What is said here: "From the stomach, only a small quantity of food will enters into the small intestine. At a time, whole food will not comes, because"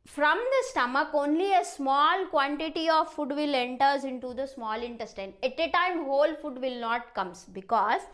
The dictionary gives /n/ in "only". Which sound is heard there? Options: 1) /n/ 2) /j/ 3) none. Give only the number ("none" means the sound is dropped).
1